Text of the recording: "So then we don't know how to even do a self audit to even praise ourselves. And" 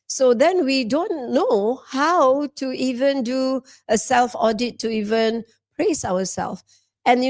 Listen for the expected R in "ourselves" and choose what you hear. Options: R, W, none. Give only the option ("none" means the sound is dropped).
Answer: W